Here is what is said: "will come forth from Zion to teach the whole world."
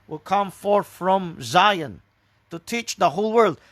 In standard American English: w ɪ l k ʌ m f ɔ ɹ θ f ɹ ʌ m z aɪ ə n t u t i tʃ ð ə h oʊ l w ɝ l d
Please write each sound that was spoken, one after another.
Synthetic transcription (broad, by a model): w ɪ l k ʌ m f ɔ ɹ θ f ɹ ʌ m z aɪ ə n t u t i tʃ ð ə h oʊ l w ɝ l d